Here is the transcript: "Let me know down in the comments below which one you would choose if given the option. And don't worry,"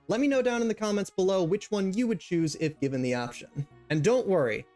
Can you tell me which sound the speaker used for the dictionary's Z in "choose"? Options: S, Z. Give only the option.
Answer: Z